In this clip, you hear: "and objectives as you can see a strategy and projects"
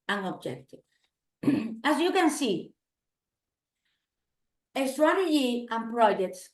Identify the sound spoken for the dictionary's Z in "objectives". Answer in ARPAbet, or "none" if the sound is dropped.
none